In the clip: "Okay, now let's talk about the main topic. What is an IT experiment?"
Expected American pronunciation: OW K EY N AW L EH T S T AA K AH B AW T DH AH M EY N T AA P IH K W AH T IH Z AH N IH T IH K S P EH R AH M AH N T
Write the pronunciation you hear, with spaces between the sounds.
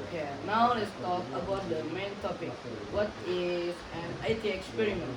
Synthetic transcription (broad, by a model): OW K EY N AW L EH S T AA K AH B AW T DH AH M EY N T AA P IH K W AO T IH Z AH N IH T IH K S P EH R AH M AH N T